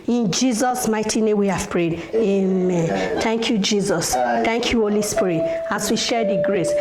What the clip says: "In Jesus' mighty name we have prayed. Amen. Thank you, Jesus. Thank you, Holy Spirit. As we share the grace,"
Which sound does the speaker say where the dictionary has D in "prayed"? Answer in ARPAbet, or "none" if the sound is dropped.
D